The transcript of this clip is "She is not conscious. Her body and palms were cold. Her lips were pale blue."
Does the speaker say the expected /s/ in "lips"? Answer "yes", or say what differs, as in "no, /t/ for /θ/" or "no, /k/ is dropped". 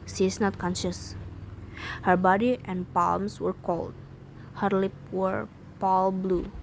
no, /s/ is dropped